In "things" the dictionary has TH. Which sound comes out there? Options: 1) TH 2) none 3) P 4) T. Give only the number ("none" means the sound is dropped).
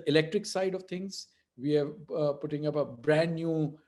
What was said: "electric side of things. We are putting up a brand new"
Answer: 4